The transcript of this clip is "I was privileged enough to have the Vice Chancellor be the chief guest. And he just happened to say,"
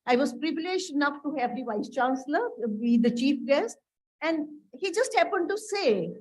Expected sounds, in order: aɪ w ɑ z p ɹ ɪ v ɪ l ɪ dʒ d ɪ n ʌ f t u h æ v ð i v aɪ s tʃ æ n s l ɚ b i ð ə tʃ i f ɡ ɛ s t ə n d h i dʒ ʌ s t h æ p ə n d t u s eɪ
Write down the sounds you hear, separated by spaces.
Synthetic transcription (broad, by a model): aɪ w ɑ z p ɹ ɪ v ɪ l ɪ dʒ d ɪ n ʌ f t u h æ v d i v aɪ s tʃ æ n s l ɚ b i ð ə tʃ i f ɡ ɛ s t ə n d h i dʒ ʌ s t h æ p ə n d t u s eɪ